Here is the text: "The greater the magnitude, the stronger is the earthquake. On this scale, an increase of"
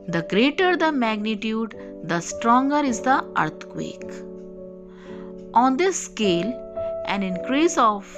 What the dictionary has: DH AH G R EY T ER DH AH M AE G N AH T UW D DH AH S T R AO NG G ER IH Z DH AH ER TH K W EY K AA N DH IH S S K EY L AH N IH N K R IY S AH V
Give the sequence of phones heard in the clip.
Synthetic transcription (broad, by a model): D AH G R EY T ER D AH M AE G N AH T UW D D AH S T R AO NG G ER IH Z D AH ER T K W EY K AA N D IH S S K EY L AH N IH N K R IY S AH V